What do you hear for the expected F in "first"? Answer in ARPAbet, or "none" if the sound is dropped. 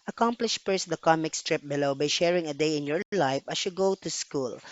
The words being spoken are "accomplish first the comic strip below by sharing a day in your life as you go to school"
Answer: P